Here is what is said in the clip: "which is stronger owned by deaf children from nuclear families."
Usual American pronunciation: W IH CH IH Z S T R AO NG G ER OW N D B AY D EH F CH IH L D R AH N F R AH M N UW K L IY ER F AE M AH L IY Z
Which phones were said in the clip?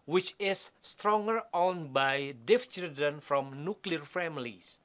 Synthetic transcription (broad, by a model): W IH CH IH S T R AO NG G ER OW N B AY D EH F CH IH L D AH N F R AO M N UW K L IY ER F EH M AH L IY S